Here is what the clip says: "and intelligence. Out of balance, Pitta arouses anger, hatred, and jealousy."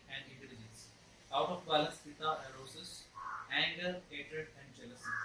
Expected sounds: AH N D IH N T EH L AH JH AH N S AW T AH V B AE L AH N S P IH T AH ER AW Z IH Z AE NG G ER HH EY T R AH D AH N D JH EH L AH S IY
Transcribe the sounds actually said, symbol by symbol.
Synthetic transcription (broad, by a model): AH N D IH N T EH L AH JH AH N S AW T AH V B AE L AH S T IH T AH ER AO S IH S AE NG G ER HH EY T R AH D AH N D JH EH L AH S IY